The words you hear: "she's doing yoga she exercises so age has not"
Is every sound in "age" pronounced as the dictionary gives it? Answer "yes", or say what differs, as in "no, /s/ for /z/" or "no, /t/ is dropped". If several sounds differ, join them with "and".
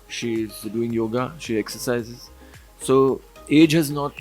yes